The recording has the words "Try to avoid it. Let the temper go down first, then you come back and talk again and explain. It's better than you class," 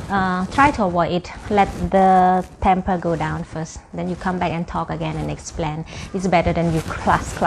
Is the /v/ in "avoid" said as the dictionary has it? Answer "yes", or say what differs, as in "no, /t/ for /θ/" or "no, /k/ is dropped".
no, /w/ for /v/